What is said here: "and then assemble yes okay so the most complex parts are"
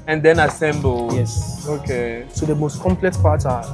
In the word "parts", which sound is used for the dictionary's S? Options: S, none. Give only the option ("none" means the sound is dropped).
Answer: none